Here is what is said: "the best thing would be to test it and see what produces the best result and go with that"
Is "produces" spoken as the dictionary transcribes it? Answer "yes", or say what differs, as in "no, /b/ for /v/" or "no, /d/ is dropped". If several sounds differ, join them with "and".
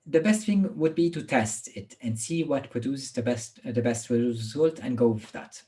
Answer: no, /s/ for /z/